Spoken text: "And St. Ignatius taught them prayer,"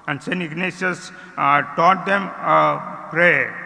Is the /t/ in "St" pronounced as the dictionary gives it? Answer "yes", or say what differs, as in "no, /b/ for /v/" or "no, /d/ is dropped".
no, /t/ is dropped